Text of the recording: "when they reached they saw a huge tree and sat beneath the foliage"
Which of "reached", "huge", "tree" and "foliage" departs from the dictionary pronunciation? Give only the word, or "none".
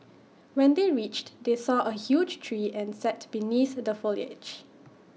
none